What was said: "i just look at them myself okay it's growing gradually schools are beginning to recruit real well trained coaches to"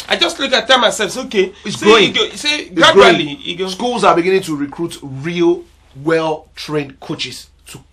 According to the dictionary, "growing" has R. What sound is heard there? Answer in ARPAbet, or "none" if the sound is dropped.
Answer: none